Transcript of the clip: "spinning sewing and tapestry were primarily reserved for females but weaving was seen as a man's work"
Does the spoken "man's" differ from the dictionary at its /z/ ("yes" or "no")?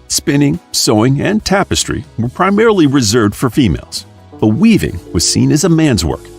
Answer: no